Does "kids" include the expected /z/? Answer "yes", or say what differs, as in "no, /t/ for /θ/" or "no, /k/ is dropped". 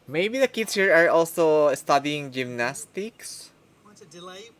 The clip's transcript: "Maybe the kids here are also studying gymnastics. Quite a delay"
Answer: no, /s/ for /z/